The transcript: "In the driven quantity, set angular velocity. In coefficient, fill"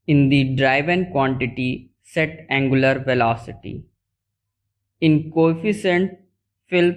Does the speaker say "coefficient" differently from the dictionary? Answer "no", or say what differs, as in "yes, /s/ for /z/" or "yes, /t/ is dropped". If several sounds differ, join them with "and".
yes, /s/ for /ʃ/